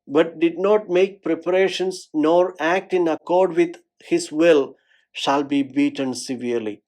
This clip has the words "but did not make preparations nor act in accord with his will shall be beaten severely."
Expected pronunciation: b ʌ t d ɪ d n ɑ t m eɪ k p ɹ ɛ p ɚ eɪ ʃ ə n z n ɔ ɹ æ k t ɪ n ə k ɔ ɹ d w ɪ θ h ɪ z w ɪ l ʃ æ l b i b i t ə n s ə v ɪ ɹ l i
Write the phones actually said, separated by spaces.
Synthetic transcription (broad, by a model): b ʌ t d ɪ d n ɑ t m eɪ k p ɹ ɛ p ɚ eɪ ʃ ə n s n ɔ ɹ æ k t ɪ n ə k ɔ ɹ d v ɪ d h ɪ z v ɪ l ʃ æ l b i b i t ə n s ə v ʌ ɹ l i